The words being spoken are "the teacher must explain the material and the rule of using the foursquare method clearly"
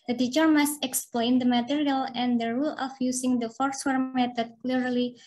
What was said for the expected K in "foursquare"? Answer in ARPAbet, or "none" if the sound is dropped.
none